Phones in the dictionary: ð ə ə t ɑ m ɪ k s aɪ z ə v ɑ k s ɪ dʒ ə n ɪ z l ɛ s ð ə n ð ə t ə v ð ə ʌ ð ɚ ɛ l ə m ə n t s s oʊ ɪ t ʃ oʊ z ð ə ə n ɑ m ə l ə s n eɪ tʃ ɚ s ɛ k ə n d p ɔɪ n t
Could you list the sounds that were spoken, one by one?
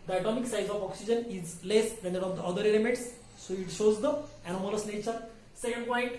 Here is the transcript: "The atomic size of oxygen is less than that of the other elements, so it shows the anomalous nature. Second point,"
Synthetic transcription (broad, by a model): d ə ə t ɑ m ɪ k s aɪ z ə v ɑ k s ɪ dʒ ə n ɪ z l ɛ s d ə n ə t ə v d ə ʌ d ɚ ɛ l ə m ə t s s oʊ ɪ t ʃ oʊ z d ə ə n ɑ m ə l ə s n eɪ tʃ ɚ s ɛ k ə n d p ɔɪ n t